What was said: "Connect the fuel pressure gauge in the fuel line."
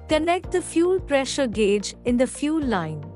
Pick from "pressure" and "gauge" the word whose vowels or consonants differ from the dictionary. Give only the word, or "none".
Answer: none